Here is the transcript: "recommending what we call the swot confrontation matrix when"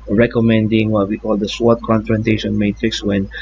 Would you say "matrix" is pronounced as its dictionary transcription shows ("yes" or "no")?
yes